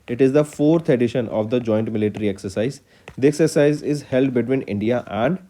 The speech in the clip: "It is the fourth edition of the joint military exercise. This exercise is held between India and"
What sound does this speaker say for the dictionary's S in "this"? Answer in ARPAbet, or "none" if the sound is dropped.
none